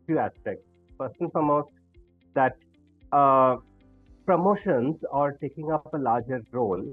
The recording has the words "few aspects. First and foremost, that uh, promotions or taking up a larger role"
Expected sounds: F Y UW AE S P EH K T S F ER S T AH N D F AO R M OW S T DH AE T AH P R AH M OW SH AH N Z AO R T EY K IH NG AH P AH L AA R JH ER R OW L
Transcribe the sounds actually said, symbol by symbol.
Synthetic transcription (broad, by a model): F Y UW AE S P EH K T S P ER S AH N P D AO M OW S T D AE T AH P R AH M OW SH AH N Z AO R T EY K IH NG AH P AH L AA R JH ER R OW L